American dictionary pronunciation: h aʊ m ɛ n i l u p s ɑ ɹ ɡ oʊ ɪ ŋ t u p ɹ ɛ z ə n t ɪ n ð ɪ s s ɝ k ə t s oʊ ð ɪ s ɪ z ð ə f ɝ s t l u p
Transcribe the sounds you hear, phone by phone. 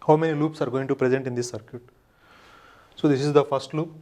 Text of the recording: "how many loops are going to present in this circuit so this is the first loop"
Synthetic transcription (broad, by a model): h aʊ m ɛ n i l u p s ɑ ɹ ɡ oʊ ɪ ŋ t u p ɹ ɛ z ə n t ɪ n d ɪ s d k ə t s oʊ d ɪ s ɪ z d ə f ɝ s t l u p